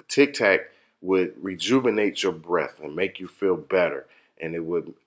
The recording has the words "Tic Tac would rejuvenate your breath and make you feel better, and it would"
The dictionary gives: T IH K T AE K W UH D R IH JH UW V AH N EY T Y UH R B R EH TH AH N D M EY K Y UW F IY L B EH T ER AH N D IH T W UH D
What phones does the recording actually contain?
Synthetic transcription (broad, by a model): T IH K T AE K W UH D R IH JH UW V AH N EY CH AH R B R EH TH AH N M EY K Y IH F IY L B EH T ER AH N IH T W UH D